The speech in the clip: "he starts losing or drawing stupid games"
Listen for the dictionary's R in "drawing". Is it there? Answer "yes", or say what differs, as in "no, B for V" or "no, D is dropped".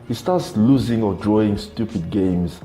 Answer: yes